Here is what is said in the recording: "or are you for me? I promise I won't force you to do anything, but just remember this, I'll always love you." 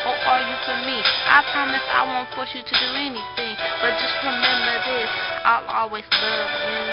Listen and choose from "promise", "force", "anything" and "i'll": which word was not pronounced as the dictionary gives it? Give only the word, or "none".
force